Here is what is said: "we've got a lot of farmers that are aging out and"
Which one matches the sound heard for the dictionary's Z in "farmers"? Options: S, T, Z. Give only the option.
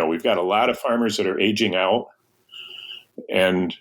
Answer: Z